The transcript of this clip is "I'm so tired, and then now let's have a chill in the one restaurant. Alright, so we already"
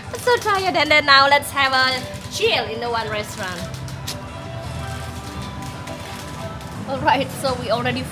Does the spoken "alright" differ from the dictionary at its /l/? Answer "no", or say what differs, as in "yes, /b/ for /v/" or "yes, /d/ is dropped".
no